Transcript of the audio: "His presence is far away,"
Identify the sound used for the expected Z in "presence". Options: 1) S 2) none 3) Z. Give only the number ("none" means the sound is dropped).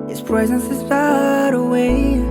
3